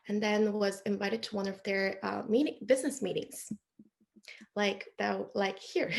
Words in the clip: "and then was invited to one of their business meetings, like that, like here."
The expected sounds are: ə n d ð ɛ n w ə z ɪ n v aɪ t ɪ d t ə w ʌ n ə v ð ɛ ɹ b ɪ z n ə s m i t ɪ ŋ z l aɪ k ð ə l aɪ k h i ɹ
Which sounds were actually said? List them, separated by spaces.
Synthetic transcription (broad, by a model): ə n ð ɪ n w ə z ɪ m v aɪ t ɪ d t ə w ʌ n ə v ð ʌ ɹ b ɪ z n ə s m i t ɪ ŋ z l aɪ k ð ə l aɪ k h i ɹ